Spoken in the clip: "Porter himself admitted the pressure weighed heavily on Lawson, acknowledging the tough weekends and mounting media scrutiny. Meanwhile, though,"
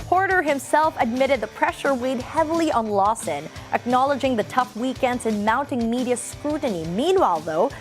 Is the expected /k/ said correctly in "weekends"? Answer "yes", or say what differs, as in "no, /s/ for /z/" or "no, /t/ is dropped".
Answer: yes